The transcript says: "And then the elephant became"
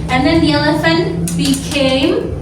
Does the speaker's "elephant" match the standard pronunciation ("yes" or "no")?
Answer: yes